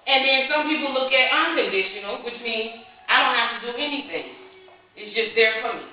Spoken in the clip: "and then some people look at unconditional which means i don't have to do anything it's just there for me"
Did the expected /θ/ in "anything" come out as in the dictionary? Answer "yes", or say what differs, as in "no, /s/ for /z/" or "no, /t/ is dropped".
yes